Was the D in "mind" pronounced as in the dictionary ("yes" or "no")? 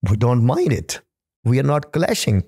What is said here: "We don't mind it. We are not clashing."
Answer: yes